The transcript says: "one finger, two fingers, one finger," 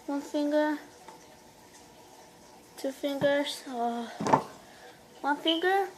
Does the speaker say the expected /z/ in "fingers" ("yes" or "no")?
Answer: no